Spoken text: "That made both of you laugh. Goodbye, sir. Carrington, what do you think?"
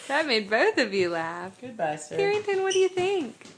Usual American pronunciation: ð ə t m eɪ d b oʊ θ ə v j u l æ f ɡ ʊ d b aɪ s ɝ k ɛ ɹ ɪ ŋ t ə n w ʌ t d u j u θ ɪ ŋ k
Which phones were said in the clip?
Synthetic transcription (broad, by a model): ð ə t m eɪ d b oʊ θ ə v j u l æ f ɡ ʊ d b aɪ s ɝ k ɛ ɹ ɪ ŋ t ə n w ʌ t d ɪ j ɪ θ ɪ ŋ k